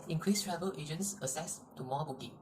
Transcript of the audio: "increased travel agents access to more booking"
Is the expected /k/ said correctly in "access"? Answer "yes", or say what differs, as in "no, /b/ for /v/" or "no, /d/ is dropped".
no, /k/ is dropped